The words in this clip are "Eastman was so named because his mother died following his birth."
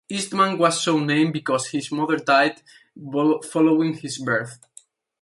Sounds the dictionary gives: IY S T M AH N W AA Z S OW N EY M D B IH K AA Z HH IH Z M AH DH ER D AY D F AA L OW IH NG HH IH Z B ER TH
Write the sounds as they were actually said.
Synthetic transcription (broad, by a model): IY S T M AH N W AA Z S OW N EY M B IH K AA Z HH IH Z M AH DH ER D AY D F AA L OW IH NG HH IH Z B ER TH